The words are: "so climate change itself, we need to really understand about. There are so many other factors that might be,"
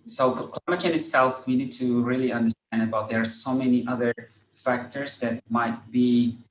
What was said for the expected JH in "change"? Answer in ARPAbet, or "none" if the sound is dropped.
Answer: none